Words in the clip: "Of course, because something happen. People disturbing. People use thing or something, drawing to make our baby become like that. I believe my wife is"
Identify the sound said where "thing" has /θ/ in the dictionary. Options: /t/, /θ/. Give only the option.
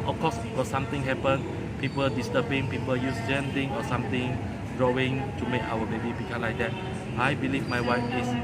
/t/